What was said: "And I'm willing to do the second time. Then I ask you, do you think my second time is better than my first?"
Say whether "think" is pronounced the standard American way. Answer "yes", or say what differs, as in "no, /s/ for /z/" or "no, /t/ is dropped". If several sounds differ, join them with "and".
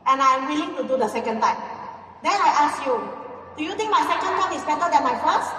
no, /t/ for /θ/